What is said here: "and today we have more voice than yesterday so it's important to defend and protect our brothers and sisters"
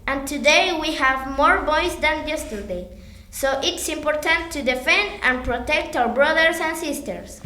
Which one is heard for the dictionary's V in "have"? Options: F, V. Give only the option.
V